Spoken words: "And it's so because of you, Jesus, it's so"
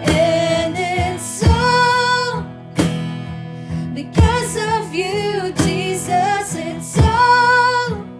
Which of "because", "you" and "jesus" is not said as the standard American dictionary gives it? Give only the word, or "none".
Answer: none